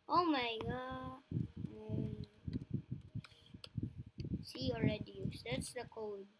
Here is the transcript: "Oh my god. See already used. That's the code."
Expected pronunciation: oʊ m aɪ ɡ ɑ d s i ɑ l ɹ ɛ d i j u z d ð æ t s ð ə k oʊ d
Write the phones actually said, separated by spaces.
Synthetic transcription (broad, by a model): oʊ m aɪ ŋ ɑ s i ɑ l ɹ ɛ d i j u s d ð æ t s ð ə k oʊ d